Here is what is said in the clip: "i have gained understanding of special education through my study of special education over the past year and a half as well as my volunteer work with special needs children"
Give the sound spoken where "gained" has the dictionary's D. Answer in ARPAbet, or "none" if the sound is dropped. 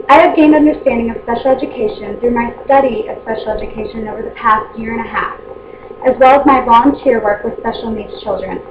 D